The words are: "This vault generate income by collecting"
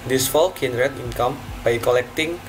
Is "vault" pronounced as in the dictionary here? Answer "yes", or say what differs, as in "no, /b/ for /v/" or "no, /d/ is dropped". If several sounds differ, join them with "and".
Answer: no, /f/ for /v/